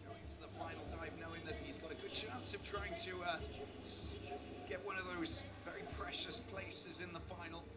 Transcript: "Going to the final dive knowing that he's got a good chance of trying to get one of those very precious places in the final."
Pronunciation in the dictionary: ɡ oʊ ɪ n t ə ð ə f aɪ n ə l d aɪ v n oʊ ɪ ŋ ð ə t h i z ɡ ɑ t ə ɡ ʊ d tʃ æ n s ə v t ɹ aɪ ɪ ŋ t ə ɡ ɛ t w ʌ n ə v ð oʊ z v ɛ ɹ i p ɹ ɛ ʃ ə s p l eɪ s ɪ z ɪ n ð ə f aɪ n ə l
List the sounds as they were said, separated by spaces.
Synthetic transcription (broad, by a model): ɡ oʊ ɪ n t ə ð ə f aɪ n l d aɪ v n oʊ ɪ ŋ ð ə t h i z ɡ ɑ t ə ɡ ʊ d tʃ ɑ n s ə v t ɹ aɪ ɪ ŋ t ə ɡ ɛ t w ʌ n ə v ð oʊ z v ɛ ɹ i p ɹ ɛ ʃ ə s p l eɪ s ɪ z ɪ n ð ə f aɪ n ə l